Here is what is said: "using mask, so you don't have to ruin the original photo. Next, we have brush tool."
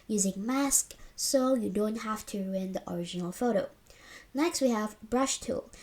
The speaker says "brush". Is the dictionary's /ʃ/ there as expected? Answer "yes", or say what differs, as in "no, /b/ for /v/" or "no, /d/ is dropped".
yes